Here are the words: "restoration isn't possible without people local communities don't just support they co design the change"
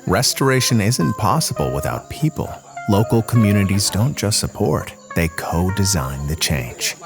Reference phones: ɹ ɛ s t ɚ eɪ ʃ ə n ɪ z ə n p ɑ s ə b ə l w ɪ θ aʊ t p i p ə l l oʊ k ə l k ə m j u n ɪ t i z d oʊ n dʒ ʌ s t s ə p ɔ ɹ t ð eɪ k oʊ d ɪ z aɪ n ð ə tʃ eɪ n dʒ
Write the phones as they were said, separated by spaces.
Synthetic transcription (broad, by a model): ɹ ɛ s t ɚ eɪ ʃ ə n ɪ z ə n p ɑ s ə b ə l w ɪ θ aʊ t p i p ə l l oʊ k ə l k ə m j u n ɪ t i z d oʊ n dʒ ʌ s t s ə p ɔ ɹ t ð eɪ k oʊ d ɪ z aɪ n ð ə tʃ eɪ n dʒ